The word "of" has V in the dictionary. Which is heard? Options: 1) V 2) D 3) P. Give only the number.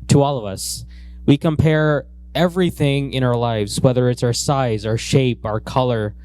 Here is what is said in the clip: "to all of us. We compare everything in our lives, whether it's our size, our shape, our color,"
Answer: 1